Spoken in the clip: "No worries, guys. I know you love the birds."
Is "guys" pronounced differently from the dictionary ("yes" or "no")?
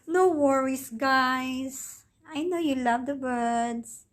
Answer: yes